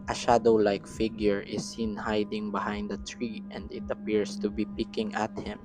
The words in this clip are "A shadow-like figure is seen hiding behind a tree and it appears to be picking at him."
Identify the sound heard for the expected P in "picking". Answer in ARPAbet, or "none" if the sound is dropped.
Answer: P